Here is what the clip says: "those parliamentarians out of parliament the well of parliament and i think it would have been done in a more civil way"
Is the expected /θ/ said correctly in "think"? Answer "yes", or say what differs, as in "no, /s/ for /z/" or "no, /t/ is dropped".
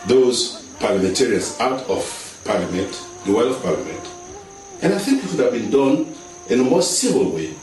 yes